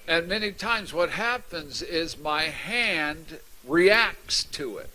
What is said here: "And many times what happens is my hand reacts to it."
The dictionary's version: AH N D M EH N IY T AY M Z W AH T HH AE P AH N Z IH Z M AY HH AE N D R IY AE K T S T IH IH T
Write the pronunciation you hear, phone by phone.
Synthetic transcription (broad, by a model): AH N M EH N IY T AY M Z W AH T HH AE P AH N Z IH Z M AY HH AE N D R IY AE K T S T IH IH T